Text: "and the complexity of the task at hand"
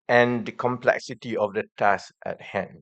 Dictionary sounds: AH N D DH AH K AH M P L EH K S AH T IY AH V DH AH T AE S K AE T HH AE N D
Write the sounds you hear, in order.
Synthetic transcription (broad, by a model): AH N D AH K AH M P L EH K S AH T IY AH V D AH T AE S AE T HH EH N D